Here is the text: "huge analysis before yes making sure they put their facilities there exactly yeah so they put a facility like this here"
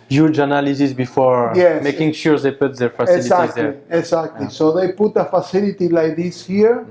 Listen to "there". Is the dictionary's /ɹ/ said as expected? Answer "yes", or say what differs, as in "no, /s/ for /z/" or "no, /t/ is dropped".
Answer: no, /l/ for /ɹ/